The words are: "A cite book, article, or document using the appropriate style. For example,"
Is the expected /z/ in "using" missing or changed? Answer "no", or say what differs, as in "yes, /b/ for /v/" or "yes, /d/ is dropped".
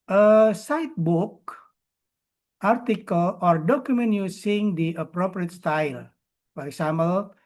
yes, /s/ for /z/